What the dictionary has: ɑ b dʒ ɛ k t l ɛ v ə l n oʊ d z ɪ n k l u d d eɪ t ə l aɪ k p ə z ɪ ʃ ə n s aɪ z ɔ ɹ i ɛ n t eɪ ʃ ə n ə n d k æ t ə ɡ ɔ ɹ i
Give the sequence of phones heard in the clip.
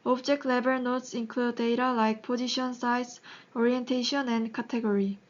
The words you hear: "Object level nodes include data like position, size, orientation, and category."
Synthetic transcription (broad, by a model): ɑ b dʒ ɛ k t l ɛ b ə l n oʊ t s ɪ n k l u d d eɪ t ə l aɪ k p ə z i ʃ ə n s aɪ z ɔ ɹ i ɛ n t eɪ ʃ ə n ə n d k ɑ t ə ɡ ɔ ɹ i